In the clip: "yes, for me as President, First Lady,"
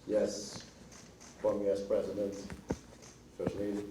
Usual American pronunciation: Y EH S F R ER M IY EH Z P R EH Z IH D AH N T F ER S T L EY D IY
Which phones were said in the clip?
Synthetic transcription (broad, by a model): Y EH S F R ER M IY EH S P R EH Z IH D AH N T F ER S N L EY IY